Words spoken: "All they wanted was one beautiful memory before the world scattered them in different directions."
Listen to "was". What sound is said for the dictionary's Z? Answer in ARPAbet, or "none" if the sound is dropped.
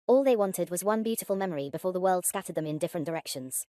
Z